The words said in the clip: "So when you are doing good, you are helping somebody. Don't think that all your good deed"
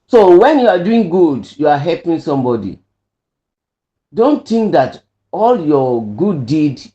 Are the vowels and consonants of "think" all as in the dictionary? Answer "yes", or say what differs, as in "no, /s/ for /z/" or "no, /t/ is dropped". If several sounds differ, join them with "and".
no, /t/ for /θ/